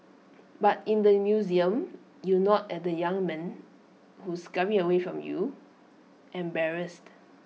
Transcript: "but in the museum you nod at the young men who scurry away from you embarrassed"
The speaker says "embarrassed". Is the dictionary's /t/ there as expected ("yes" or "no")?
yes